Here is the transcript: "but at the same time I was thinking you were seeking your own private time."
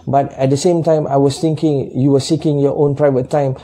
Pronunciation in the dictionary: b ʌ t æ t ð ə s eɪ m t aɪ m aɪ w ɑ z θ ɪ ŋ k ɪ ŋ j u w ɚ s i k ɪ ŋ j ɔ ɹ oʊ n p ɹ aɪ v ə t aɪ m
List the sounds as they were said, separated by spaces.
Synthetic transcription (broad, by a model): b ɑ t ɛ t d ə s eɪ m t aɪ m aɪ w ɑ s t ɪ ŋ k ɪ ŋ j u w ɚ s i k ɪ ŋ j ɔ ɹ oʊ n p ɹ aɪ v ə t aɪ m